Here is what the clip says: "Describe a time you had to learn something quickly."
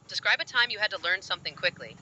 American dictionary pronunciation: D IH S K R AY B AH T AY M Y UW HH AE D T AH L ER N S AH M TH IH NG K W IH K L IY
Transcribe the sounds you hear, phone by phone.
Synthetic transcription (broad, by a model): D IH S K R AY B AH T AY M Y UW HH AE D T AH L ER N S AH M TH IH NG K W IH K L IY